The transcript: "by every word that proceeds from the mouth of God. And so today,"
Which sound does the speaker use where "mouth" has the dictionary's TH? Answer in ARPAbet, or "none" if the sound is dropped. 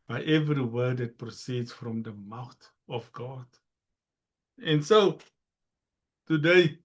T